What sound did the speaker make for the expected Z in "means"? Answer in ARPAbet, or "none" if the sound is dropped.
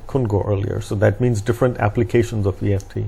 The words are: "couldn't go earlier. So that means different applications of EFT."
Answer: Z